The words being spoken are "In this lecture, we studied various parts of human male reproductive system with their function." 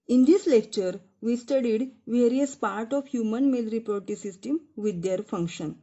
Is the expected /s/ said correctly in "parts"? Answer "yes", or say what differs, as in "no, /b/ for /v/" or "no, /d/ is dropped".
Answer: no, /s/ is dropped